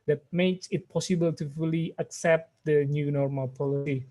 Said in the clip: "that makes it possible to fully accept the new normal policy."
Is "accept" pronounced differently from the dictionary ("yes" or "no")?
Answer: no